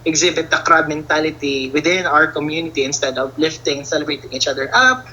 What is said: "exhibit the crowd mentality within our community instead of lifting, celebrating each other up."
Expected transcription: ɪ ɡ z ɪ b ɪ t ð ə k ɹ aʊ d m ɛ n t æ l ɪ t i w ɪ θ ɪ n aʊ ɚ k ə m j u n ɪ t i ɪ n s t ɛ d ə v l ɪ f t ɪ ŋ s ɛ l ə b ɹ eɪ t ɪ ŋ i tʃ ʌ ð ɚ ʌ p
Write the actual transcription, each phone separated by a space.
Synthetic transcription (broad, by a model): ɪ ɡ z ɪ b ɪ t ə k ɹ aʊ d m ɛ n t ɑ l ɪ t i w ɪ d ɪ n aʊ ɚ k ə m j u n ɪ t i ɪ n s t ɛ d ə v l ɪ f t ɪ ŋ s ɛ l ə b ɹ eɪ t ɪ ŋ i tʃ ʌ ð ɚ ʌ p